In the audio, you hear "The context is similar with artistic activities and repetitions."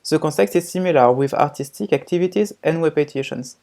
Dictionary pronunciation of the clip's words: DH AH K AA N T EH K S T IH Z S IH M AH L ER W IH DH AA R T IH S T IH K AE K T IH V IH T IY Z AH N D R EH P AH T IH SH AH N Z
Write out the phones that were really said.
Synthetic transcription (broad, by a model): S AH K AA T EH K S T IH Z S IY M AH L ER W IH DH AA R T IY S T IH K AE K T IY V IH T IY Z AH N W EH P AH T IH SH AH N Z